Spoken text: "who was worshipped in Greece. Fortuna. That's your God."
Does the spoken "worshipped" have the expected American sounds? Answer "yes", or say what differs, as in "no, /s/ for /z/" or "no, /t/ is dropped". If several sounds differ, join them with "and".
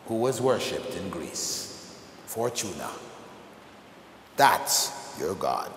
yes